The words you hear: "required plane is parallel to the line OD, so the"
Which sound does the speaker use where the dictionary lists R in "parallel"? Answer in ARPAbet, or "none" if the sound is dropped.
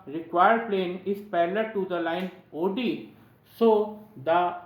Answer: L